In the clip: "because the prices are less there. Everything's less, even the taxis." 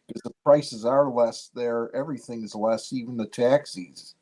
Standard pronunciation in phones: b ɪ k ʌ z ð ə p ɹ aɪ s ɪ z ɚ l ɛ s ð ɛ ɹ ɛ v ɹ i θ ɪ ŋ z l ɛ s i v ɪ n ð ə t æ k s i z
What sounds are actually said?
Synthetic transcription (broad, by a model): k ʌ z ð ə p ɹ aɪ s ɪ z ɚ l ɛ s ð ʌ ɹ ɛ v ɹ i θ ɪ ŋ z l ɛ s i v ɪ n ð ə t æ k s i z